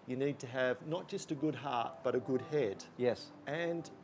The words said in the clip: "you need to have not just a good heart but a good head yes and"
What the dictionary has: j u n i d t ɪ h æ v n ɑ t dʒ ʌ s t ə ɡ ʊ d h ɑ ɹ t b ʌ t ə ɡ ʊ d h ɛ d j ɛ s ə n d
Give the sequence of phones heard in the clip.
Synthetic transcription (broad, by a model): j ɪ n i d t ɪ v n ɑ t dʒ ʌ s t ə ɡ ʊ d h ɑ ɹ t b ʌ t ə ɡ ʊ d h ɛ d j ɛ s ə n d